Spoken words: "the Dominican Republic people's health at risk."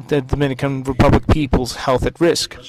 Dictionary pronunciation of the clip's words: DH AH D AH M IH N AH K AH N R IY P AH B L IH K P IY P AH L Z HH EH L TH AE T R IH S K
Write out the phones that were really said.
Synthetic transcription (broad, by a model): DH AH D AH M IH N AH K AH N R IY P AH B L IH K P IY P AH L Z HH EH L TH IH T R IH S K